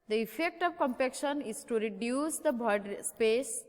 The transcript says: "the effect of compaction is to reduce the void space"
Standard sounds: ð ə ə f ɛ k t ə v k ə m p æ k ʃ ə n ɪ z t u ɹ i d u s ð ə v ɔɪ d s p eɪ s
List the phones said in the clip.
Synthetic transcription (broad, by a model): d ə ə f ɛ k t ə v k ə m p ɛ k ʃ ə n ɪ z t u ɹ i d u s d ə b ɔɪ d s p eɪ s